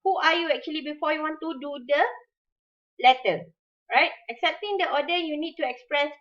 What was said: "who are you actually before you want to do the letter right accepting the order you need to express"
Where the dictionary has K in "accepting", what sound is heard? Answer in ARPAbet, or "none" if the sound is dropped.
K